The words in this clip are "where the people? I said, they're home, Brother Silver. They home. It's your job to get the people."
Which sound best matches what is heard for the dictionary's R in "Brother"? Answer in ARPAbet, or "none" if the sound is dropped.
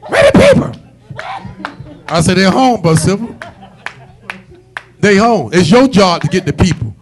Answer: none